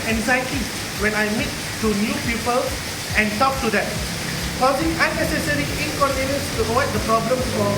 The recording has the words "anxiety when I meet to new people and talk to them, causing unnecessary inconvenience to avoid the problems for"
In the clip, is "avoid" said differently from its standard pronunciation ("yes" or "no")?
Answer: yes